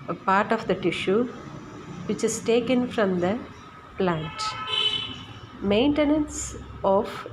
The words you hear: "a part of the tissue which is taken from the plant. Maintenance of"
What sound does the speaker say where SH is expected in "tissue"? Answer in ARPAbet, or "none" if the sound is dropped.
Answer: SH